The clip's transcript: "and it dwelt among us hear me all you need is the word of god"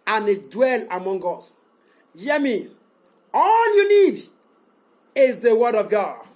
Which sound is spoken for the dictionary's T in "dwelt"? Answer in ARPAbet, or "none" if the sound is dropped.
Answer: none